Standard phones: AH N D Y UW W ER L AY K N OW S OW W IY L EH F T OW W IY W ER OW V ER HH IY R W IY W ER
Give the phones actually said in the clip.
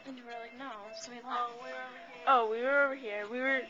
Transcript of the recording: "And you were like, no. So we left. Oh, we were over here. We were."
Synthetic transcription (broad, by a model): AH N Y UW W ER L AY K N OW S OW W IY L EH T OW W IY W ER OW V ER HH IY R W IY W ER